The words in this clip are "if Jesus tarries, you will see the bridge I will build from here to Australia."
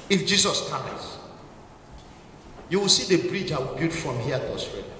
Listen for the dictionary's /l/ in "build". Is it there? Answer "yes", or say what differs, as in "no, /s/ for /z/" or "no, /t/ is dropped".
no, /l/ is dropped